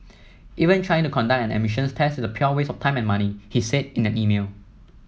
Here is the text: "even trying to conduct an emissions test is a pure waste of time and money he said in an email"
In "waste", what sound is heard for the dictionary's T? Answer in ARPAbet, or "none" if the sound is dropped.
none